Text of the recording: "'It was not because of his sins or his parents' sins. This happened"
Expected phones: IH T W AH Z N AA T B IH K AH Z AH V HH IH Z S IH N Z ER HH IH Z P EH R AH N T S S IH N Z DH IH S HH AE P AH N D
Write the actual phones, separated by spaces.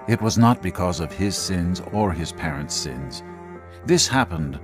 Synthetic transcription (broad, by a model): IH T W AH Z N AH T B IH K AH Z AH V IH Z S IH N Z ER IH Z P EH R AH N T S S IH N Z DH IH S HH AE P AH N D